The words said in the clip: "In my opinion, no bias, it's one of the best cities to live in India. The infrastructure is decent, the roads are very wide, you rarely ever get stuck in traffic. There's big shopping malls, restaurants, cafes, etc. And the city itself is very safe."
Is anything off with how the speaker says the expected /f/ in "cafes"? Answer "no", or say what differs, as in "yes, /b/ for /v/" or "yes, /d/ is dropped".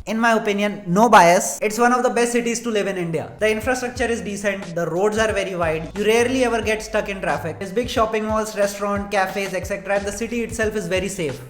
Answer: no